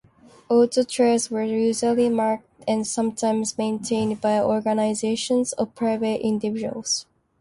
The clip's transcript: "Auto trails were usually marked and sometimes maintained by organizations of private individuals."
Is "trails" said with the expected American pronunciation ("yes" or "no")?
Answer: no